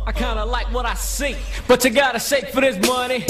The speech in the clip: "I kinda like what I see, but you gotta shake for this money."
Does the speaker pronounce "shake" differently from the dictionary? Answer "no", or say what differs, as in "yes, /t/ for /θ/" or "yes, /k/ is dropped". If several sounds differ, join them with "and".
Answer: yes, /s/ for /ʃ/